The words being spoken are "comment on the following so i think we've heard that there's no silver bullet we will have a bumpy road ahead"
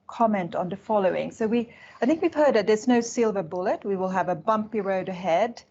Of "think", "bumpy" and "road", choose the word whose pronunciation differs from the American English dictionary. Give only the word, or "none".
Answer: none